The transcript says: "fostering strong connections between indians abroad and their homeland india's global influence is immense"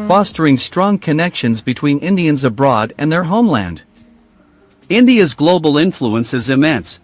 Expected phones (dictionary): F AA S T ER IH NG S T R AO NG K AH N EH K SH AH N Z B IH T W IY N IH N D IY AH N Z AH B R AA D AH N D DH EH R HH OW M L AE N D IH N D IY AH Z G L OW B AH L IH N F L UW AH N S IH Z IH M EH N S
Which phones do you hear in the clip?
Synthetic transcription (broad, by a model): F AA S T ER IH NG S T R AO NG K AH N EH K SH AH N Z B IH T W IY N IH N D IY AH N Z AH B R AA D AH N DH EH R HH OW M L AE N D IH N D IY AH Z G L OW B L IH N F L UW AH N S IH Z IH M EH N S